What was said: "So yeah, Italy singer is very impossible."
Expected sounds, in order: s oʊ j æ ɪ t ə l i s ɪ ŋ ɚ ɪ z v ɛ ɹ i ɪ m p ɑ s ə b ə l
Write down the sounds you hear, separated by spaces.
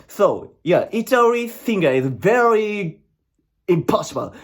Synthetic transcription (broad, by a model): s oʊ j æ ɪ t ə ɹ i θ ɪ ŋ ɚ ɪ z v ɛ ɹ i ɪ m p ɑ s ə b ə l